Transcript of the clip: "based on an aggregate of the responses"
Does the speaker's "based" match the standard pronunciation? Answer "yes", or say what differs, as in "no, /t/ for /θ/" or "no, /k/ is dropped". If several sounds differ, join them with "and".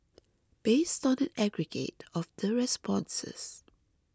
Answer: yes